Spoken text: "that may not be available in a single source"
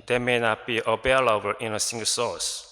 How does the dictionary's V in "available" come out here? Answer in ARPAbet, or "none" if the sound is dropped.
B